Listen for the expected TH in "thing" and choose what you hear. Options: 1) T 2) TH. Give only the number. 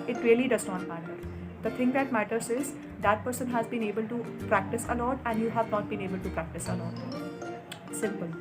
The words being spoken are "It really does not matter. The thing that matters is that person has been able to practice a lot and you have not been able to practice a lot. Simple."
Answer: 1